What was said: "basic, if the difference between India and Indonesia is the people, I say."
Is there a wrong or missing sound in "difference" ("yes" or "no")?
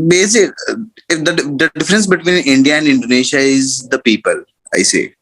no